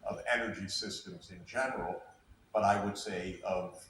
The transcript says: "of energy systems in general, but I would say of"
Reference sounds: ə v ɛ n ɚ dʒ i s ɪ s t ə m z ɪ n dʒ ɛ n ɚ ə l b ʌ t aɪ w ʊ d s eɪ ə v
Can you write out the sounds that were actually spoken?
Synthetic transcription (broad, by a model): ə v ɛ n ɚ dʒ i s ɪ s t ə m z ɪ n dʒ ɛ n ɚ l b ʌ t aɪ w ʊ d s eɪ ə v